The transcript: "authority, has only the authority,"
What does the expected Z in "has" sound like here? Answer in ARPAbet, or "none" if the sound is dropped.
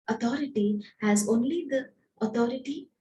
Z